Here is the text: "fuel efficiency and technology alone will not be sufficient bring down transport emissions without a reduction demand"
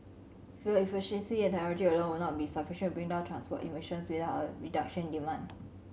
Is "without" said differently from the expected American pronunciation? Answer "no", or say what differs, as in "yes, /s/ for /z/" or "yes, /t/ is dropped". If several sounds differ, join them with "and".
yes, /t/ is dropped